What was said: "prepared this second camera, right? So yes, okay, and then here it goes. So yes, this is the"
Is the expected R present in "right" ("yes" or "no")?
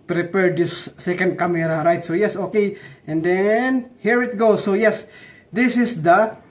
yes